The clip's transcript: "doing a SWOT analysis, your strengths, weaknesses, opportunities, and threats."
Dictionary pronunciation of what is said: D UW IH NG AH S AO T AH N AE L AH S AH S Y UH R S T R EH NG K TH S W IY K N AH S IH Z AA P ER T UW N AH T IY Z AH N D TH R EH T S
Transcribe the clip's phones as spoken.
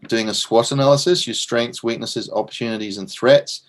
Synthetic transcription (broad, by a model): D UW IH NG AH S AO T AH N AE L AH S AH S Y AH S T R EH NG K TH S W IY K N AH S IH Z AA P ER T UW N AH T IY Z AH N TH R EH T S